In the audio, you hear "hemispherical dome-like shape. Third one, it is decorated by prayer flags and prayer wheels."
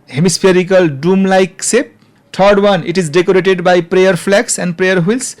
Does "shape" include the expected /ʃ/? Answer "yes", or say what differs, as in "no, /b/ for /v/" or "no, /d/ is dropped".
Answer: no, /s/ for /ʃ/